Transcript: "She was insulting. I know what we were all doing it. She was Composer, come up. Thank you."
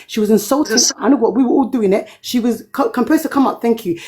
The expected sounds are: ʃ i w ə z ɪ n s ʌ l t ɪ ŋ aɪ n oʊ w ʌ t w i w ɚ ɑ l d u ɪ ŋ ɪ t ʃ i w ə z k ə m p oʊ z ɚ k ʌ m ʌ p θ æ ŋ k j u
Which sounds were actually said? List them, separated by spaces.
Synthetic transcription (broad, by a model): ʃ i w ə z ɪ n s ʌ l t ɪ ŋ aɪ n oʊ w ʌ t w i w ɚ ɑ l d u ɪ ŋ ɪ t ʃ i w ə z k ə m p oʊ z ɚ k ʌ m ʌ p θ æ ŋ k j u